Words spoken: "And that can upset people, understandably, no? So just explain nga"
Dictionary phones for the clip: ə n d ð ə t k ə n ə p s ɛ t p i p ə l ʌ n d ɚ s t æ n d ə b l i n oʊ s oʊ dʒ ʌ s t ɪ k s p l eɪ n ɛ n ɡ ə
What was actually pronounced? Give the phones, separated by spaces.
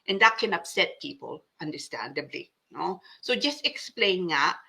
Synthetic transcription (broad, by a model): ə n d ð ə t k ə n ə p s ɛ t p i p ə l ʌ n d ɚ s t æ n d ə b l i n oʊ s oʊ dʒ ʌ s t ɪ k s p l eɪ ɛ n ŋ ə